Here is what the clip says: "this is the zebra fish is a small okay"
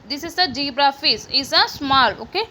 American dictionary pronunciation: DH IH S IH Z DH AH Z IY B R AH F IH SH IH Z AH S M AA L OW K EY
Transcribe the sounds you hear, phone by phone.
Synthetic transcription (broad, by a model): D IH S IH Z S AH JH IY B R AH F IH S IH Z AH S M AA L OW K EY